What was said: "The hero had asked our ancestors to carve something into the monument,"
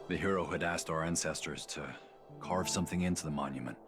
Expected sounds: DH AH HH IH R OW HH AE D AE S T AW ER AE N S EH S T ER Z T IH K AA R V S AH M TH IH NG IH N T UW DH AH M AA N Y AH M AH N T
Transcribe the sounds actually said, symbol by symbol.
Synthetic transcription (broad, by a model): DH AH HH IH R OW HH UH D AE S T AW ER AE N S EH S T ER Z T IH K AA R V S AH M TH IH NG IH N T UW DH AH M AA N Y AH M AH N T